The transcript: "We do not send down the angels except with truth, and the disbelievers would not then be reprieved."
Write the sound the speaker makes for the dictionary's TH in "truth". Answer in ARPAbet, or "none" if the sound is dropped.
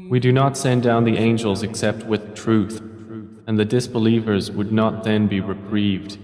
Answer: TH